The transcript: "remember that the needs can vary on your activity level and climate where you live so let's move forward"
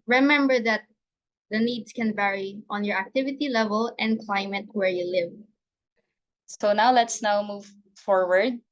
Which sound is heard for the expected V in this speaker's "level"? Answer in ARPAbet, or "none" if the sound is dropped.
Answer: V